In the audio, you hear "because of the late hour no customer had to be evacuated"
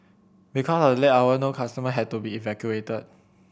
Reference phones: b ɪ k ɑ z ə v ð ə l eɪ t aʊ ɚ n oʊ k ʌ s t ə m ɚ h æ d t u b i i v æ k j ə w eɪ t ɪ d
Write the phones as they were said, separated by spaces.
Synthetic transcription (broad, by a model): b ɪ k ɑ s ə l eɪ aʊ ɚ n oʊ k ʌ s t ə m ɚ h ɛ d t u b i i v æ k j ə eɪ t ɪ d